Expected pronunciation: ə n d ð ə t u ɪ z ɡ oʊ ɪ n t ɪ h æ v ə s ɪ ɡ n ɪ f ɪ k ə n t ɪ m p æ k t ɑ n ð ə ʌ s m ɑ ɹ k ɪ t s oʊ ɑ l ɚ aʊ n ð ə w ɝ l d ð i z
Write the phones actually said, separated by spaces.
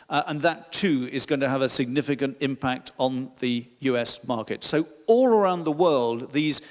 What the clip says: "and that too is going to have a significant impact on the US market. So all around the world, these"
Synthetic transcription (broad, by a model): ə n ð ə t u ɪ z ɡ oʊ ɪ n t ɪ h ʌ v ə s ɪ ɡ n ɪ f ɪ k ə n t ɪ m p æ k t n ð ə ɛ s m ɑ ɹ k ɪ t s oʊ ɑ l ɚ aʊ n ð ə w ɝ l d ð i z